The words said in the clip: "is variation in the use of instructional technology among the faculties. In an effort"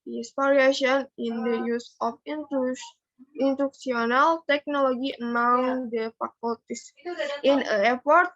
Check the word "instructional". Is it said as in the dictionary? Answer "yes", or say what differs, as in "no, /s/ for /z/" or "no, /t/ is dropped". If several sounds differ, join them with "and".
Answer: no, /s/ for /ʃ/